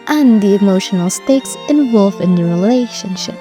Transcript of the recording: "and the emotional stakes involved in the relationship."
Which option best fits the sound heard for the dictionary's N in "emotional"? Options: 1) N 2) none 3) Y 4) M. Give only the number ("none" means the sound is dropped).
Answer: 1